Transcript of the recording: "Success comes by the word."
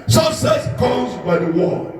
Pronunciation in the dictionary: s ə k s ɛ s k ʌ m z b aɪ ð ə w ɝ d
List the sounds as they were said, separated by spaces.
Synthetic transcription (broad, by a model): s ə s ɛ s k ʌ z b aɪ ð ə w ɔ